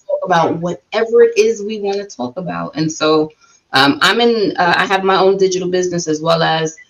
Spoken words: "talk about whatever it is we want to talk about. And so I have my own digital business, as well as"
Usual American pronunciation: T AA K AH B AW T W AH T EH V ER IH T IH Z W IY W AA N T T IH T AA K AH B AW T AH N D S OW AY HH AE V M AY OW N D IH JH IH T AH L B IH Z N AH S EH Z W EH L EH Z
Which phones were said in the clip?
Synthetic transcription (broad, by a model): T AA K AH B AW T W AH T EH V ER IH T IH Z W IY W AA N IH T AA K AH B AW T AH N S OW AY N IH V M AY OW N D IH JH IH T L B IH Z N AH S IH Z W EH L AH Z